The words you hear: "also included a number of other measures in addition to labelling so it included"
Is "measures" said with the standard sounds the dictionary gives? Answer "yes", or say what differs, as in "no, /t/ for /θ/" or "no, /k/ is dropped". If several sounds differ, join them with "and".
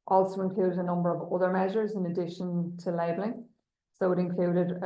yes